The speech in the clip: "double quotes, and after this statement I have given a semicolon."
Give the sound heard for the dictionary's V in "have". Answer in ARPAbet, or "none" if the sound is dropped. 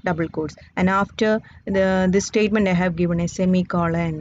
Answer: V